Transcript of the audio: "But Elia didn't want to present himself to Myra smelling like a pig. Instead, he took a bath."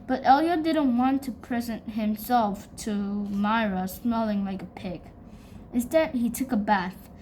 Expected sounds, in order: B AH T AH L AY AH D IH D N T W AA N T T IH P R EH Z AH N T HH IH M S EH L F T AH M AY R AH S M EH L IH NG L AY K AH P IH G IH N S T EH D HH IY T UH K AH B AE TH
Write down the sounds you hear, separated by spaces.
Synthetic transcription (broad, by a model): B AH T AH L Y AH D IH D N T W AA N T T IH P R EH Z AH N T HH IH M S EH L F T AH M AY R AH S M EH L IH NG L AY K AH P IH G IH N S T EH D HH IY T UH K AH B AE TH